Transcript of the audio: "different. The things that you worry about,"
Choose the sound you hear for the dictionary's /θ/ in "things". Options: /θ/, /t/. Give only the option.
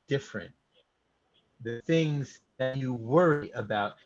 /θ/